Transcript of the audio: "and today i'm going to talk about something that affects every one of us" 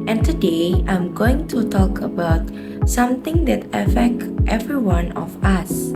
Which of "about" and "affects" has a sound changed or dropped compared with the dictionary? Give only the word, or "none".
affects